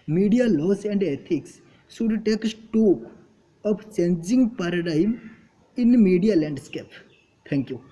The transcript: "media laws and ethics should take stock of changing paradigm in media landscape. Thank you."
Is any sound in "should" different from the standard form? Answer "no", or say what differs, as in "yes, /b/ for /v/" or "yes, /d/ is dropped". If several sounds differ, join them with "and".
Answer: yes, /s/ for /ʃ/